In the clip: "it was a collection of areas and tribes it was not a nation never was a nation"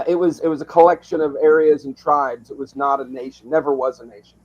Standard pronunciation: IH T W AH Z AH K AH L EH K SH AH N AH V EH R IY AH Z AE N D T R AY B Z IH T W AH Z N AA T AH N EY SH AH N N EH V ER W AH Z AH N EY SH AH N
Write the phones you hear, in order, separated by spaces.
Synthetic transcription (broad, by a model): IH T W AH Z AH K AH L EH K SH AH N AH V EH R IY AH Z N T R AY B Z IH T W AH Z N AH T AH N EY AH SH N EH V ER W AH Z AH N EY SH N